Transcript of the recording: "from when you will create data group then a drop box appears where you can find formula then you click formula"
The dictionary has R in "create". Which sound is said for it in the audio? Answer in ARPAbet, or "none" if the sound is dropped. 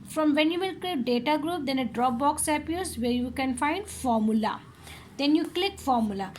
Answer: L